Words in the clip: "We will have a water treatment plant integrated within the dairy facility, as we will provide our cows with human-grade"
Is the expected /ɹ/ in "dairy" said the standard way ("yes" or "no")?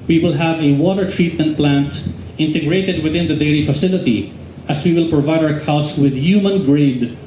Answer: no